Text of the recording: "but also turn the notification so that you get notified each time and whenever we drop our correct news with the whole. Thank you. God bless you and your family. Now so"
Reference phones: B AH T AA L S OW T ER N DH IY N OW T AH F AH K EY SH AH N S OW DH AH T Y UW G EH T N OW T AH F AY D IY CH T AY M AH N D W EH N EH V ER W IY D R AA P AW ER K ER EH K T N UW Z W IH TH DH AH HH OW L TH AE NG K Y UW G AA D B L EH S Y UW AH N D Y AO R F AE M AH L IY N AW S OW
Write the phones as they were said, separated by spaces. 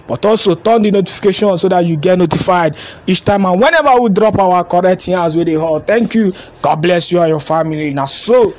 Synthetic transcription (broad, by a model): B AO T AA L S OW T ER N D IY N OW T AH F AH K EY SH AH N S OW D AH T Y UW G EH T N OW T AH F AY D IY CH T AY M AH N W EH N EH V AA W IY D R AA P AW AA K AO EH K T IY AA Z W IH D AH HH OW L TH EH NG K Y UW G AA D B L EH S Y UW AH Y AO F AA M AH L IY N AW S OW